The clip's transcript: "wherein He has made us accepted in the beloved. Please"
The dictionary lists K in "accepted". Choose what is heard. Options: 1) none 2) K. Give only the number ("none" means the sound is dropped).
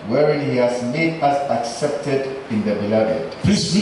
2